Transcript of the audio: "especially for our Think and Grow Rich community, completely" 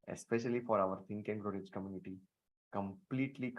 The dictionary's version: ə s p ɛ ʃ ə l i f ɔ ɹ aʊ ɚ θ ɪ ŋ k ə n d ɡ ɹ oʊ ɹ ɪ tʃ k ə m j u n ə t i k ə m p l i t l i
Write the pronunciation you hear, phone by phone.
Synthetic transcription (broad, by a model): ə s p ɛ ʃ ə l i f ɔ ɹ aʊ ɚ t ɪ ŋ k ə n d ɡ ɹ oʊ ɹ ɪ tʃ k ə m j u n ə t i k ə m p l i t l i